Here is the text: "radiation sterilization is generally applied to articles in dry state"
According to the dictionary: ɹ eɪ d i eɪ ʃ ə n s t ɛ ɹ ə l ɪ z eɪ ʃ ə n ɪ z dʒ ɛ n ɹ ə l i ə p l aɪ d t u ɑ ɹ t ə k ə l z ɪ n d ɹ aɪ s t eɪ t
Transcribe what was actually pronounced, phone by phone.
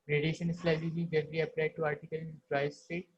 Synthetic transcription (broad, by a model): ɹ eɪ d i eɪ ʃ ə n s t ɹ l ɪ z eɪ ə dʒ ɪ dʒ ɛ ɹ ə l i ə p l aɪ d t u ɑ ɹ t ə k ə l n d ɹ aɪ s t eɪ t